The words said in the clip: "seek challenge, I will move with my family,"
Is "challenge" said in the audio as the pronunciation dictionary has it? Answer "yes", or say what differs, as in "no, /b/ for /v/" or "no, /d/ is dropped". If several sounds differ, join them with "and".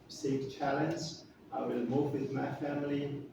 no, /z/ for /dʒ/